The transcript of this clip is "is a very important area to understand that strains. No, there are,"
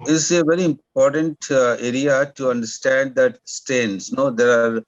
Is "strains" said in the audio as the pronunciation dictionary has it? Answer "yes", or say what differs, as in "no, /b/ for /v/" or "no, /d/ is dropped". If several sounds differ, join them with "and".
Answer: no, /ɹ/ is dropped